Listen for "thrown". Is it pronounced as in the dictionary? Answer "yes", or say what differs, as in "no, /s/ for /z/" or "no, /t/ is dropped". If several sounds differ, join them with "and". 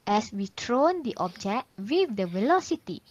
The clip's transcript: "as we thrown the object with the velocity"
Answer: no, /t/ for /θ/